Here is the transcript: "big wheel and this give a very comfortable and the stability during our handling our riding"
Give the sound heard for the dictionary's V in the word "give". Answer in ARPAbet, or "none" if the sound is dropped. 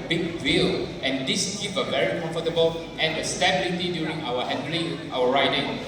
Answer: P